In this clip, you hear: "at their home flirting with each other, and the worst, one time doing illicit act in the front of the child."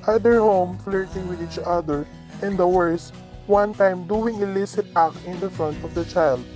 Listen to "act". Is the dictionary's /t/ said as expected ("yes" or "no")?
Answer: no